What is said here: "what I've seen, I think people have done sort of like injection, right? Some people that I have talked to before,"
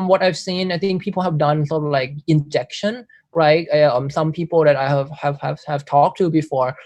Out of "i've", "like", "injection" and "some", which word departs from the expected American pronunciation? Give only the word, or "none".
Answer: none